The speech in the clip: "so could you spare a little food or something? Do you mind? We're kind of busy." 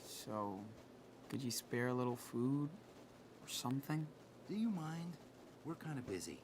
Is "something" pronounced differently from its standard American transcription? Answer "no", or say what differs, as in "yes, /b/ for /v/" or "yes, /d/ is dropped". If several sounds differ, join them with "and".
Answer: no